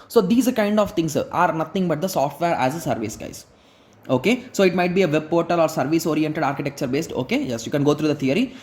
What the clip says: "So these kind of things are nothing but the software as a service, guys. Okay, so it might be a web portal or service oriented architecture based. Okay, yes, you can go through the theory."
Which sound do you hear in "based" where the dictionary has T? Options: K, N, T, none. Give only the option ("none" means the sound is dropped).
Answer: T